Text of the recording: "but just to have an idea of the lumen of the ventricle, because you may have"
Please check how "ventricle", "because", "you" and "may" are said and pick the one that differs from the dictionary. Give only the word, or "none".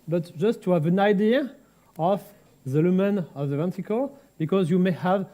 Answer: ventricle